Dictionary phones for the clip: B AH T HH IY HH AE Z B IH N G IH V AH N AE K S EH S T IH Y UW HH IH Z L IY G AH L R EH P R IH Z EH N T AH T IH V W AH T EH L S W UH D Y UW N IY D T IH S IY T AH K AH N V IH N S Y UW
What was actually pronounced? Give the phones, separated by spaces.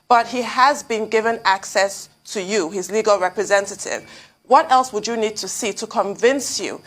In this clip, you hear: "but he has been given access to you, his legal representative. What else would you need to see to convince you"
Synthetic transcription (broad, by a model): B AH T HH IY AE Z B IH N G IH V AH N AE K S EH S T IH Y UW HH IH Z L IY G AH L R EH P R IH Z EH N T AH T IH V W AH T EH L S W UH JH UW N IY D T IH S IY T AH K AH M V IH N S Y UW